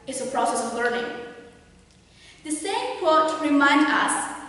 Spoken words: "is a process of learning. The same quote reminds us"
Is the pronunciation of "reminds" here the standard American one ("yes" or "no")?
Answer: no